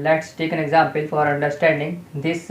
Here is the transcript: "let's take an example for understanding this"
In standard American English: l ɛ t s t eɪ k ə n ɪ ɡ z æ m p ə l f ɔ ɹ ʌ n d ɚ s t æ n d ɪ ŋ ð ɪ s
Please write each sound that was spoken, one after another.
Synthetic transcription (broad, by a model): l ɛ t s t eɪ k ə n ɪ ɡ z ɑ m p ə l f ɔ ɹ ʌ n d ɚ s t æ n d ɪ ŋ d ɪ s